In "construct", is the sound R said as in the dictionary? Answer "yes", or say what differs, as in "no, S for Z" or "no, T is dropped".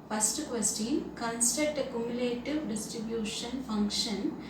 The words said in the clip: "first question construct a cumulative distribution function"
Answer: no, R is dropped